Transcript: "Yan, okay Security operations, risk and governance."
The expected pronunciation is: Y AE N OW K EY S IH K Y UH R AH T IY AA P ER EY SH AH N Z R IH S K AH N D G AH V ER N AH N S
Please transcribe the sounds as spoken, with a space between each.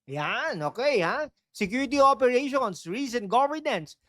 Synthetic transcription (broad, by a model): Y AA N OW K EY S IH K Y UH R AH T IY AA P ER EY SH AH N S R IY S AH N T G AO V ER N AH N S